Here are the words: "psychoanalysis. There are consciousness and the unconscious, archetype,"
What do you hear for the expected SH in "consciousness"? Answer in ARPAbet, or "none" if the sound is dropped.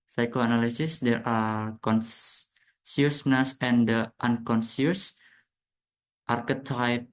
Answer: S